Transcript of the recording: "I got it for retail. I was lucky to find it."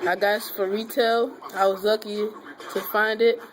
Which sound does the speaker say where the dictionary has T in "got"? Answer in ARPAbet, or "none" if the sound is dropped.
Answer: none